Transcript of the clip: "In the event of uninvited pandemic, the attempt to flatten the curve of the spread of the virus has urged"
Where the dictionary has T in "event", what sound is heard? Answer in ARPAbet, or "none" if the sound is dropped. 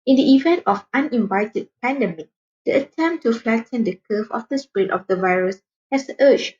T